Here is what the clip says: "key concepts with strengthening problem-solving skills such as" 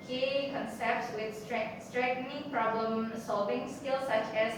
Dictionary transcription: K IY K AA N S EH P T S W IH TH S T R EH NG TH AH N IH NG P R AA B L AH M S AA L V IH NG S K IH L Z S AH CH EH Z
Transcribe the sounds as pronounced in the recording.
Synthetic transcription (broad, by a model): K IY K AA N S EH P T S W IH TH S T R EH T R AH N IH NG P R AA B L AH M S AA L V IH NG S K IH L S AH CH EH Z